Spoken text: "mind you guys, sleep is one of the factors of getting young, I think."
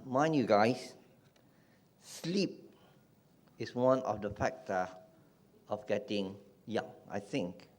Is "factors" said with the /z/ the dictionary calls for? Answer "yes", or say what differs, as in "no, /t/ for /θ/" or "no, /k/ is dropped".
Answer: no, /z/ is dropped